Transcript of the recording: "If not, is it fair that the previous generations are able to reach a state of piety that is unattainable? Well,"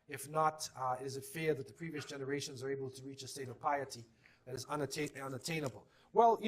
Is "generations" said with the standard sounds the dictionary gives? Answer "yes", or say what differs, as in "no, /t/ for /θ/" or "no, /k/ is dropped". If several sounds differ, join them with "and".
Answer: yes